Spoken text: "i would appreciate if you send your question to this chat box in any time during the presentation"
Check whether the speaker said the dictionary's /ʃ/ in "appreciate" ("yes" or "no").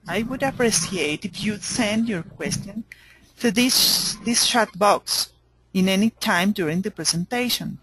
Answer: no